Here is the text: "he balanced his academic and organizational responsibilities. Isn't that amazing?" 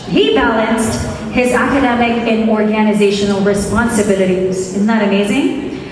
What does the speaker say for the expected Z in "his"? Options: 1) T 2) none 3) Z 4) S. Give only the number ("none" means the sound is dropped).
3